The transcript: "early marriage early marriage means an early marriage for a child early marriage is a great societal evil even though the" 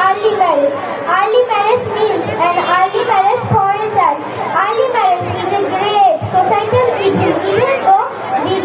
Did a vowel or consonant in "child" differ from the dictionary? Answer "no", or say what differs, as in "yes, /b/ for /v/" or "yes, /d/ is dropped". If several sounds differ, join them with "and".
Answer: yes, /n/ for /l/